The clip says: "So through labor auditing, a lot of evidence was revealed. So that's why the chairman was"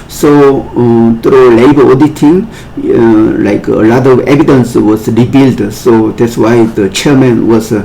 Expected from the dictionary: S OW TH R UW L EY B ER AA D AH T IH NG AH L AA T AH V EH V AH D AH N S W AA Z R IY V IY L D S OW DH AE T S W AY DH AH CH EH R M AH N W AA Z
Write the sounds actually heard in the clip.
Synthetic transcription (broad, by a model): S OW T R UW L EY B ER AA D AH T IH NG AH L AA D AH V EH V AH D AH N S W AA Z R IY B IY L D S OW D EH T S W AY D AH CH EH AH M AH N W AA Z